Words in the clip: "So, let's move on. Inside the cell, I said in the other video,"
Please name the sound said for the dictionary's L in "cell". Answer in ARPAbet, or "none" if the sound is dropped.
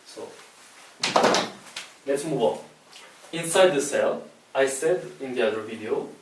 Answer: L